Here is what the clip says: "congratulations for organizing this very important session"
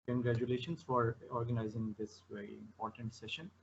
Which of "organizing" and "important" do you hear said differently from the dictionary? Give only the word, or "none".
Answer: none